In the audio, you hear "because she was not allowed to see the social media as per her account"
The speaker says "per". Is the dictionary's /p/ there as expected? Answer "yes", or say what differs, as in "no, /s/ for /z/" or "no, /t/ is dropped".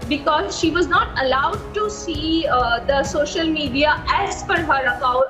no, /f/ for /p/